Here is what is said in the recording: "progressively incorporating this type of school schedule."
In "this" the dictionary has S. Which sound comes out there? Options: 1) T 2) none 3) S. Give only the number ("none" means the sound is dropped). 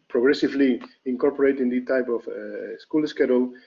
2